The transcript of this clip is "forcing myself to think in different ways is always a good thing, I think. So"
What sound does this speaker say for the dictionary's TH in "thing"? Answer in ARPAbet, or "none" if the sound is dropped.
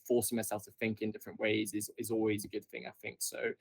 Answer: TH